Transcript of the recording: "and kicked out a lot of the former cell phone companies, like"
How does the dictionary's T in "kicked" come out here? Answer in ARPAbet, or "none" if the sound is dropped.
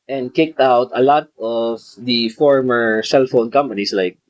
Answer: T